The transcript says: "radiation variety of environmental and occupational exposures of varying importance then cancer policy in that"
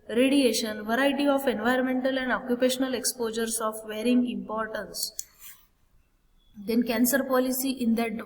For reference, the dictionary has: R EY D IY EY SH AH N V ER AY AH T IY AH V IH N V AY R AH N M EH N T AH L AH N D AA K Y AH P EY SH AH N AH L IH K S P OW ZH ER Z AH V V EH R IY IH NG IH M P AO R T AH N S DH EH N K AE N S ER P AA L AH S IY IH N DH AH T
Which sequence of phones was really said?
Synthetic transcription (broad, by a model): R EY D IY EY SH AH N V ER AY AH T IY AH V IH N V AY R AH N M EH N T AH L AH N D AA K Y AH P EY SH AH N AH L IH K S P OW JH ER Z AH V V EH R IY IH NG IH M P AO R T AH N S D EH N K AE N S ER P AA L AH S IY IH N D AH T